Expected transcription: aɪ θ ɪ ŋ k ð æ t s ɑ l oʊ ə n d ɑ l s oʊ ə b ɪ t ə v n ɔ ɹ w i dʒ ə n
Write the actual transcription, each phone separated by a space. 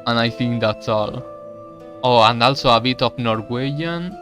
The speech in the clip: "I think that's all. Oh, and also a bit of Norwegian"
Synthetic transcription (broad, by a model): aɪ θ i ŋ k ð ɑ t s ɑ l oʊ ə n d ɑ l s oʊ ə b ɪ t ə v n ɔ ɹ w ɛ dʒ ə n